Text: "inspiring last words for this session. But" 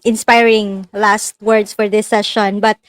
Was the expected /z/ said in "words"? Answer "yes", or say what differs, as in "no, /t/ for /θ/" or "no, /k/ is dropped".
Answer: no, /s/ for /z/